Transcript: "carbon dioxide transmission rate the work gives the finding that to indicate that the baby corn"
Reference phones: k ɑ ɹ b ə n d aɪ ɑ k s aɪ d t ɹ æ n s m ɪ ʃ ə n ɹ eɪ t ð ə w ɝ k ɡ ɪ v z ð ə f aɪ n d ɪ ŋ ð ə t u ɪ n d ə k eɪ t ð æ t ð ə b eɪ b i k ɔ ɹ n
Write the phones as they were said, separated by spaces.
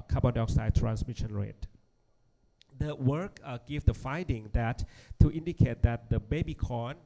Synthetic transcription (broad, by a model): k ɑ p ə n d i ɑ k s aɪ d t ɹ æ n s m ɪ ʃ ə n ɹ eɪ t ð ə w ɝ k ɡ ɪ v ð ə f aɪ n d ɪ ŋ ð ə t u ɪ n d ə k eɪ t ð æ t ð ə b eɪ b i k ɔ n